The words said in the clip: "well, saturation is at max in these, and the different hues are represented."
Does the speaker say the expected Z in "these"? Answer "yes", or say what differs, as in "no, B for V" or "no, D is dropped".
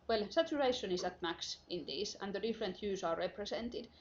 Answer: no, S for Z